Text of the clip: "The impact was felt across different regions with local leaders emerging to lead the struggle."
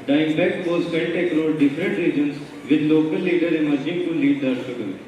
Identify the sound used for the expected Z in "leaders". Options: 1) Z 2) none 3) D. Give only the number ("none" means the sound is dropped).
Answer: 2